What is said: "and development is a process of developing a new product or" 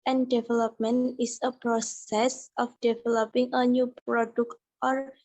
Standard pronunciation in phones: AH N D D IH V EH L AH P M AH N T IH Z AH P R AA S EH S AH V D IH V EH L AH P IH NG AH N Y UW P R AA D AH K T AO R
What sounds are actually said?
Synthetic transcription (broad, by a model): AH N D D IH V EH L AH P M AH N IH S AH P R AA S EH S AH F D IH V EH L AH P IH NG AH N Y UW P R AA D AH K T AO R